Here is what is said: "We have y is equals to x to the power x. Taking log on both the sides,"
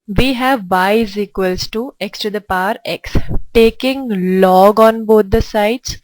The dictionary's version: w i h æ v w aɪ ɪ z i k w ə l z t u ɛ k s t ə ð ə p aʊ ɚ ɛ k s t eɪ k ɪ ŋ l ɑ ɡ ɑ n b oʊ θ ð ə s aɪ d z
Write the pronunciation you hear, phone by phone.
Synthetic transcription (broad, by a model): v i h æ v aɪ ɪ z i k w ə l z t u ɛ k s t ə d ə p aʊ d ɛ k s t eɪ k ɪ ŋ l ɑ ɡ ɑ n b oʊ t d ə s aɪ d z